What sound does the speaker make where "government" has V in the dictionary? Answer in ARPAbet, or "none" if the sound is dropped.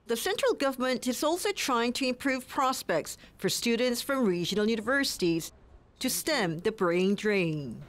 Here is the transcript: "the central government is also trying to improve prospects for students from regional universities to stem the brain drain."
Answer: V